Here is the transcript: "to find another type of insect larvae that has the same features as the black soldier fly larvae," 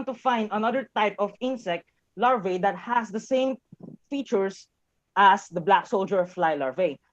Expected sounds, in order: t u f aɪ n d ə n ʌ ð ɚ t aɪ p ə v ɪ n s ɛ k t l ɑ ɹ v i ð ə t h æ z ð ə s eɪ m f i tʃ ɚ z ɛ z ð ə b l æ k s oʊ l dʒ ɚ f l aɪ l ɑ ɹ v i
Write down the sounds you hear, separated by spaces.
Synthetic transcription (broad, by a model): t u f aɪ n d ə n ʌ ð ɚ t aɪ p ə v ɪ n s ɛ k t l ɑ ɹ v i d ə t h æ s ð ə s eɪ m f i tʃ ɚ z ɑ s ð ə b l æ k s oʊ l dʒ ɚ f l aɪ l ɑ ɹ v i